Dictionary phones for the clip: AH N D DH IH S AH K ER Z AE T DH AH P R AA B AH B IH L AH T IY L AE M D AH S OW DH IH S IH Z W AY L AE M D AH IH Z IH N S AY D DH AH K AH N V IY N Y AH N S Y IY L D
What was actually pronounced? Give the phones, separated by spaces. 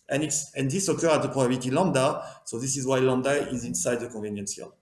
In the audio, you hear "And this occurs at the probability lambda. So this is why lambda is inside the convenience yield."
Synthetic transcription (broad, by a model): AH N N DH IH S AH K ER AE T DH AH P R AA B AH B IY L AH T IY L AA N D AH S OW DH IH S IH Z W AY L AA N D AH IH Z IH N S AY D DH AH K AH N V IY N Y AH N S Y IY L